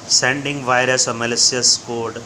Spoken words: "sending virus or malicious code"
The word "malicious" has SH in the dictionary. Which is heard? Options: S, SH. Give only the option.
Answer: S